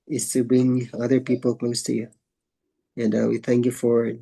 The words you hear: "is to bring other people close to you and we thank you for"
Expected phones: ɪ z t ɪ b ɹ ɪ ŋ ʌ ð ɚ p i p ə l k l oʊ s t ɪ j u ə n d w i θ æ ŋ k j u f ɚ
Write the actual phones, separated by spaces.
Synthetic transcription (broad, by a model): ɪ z t ɪ b ɹ ɪ ŋ ʌ ð ɚ p i p l k l oʊ s t ɪ j u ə n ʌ w i θ æ ŋ k j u f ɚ